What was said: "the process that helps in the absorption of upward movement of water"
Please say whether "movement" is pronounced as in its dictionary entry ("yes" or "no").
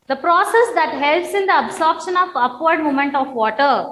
no